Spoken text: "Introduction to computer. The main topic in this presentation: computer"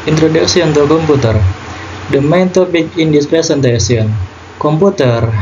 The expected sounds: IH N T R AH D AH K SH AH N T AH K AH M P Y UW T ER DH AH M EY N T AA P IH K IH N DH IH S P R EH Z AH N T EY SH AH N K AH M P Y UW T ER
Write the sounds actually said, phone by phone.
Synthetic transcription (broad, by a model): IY N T R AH D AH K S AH N T AH K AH M P UW T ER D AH M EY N T AA P IH K IH N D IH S P R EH S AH N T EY S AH N K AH M P UW T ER